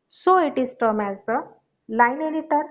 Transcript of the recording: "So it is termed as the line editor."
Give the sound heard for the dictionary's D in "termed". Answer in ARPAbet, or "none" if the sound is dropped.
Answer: none